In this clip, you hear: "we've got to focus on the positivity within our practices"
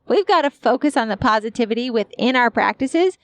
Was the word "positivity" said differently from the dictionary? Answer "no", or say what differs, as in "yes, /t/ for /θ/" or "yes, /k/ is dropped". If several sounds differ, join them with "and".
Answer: no